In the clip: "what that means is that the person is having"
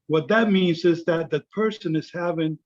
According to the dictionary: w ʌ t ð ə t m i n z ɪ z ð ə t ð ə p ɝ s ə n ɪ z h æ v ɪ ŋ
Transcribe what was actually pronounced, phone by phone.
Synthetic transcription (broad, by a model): w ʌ t ð ə t m i n z ɪ z ð ə t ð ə p ɝ s ə n ɪ z h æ v ɪ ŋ